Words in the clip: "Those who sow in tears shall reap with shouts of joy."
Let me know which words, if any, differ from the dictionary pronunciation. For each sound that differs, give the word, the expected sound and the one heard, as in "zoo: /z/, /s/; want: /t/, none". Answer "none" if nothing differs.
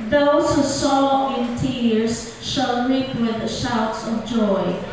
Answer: none